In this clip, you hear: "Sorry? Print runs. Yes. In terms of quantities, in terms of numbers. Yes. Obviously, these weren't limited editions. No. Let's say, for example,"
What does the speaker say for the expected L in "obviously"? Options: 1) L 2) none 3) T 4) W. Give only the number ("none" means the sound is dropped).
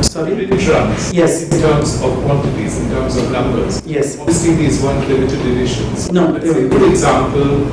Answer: 2